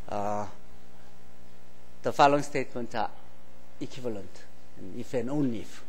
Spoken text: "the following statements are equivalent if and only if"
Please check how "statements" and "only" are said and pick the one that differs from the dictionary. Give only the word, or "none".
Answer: only